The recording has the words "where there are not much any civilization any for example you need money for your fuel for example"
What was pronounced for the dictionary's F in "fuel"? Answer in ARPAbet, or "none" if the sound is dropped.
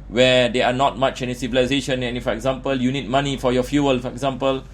F